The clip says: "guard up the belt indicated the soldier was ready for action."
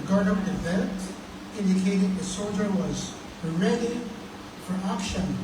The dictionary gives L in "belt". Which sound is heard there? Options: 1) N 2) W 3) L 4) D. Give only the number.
1